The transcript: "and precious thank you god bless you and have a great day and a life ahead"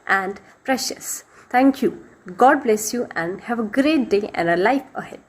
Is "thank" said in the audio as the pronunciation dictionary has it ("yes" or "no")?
no